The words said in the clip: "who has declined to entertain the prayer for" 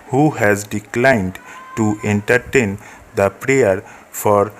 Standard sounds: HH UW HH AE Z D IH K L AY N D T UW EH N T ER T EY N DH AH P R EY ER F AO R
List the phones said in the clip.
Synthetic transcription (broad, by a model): HH UW HH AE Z D IH K L AY N D T UW EH N T ER T EY N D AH P R EY ER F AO R